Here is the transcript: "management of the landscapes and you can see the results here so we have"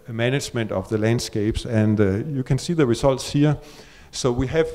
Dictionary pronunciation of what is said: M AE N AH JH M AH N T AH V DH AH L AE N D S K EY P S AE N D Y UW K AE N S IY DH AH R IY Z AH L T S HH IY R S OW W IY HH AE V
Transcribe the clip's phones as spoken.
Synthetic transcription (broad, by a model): M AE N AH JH M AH N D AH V DH AH L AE N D S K EY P S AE N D Y UW K AE N S IY DH AH R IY S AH L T S HH IY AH S OW W IY HH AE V